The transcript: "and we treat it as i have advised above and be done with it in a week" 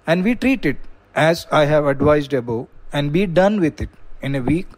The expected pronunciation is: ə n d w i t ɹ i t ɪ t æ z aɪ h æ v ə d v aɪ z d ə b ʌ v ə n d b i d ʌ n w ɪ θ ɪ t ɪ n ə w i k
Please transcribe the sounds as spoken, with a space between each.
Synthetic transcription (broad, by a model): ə n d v i t ɹ i t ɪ t æ z aɪ h æ v ə d v aɪ z d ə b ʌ ə n d b i d ʌ n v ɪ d ɪ t ɪ n ə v i k